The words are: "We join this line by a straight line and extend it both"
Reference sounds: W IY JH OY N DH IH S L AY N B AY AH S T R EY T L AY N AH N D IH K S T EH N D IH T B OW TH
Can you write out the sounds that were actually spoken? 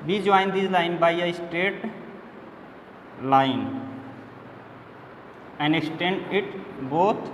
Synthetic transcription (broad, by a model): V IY JH OY N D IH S L AY N B AY AH S T EY T L AY N AH N D IH K S T EH N D IH T B OW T